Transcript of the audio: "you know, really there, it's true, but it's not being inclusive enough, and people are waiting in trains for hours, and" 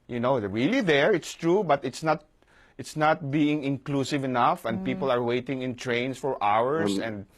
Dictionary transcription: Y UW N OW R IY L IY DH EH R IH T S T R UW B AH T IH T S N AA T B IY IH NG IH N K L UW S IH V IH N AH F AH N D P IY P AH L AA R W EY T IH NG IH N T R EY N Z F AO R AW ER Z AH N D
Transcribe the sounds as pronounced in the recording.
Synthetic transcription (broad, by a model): Y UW N OW R IY L IY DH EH R IH T S T R UW B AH T IH T S N AA T B IY IH NG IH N K L UW S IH V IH N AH F AH N D P IY P AH L AA R W EY T IH NG IH N T R EY N S F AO R AW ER S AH N D